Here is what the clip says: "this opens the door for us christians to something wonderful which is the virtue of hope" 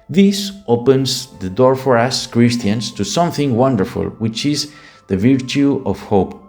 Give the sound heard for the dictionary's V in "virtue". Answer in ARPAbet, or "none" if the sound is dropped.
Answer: V